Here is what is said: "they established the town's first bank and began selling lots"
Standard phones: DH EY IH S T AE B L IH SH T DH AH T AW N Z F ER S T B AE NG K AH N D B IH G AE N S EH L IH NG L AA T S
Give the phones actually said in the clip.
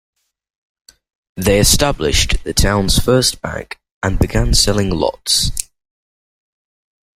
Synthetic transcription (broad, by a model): DH EY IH S T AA B L IH SH DH AH T AW N Z F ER S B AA NG K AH N B IH G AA N S EH L IH NG L AA T S